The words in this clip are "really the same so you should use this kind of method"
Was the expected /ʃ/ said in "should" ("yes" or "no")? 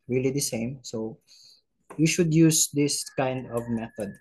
yes